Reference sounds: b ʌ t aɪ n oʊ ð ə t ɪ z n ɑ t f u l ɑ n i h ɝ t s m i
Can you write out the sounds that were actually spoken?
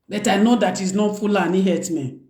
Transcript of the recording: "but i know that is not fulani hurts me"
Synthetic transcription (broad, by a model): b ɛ t aɪ n oʊ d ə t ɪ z n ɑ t f u l ɑ n i h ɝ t m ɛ